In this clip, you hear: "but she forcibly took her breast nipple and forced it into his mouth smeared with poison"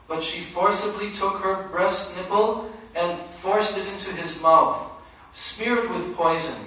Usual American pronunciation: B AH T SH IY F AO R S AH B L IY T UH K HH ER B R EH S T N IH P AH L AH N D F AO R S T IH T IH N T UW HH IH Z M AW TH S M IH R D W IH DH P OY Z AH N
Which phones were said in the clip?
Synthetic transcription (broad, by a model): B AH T SH IY F AO R S AH B L IY T UH K HH ER B R EH S T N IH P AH L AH N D F AO R S T IH T IH N T UW IH Z M AW TH S M IH R D W IH DH P OY Z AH N